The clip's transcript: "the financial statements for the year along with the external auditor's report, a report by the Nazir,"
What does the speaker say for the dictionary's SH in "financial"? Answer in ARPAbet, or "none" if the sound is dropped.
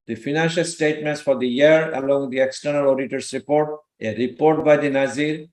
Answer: SH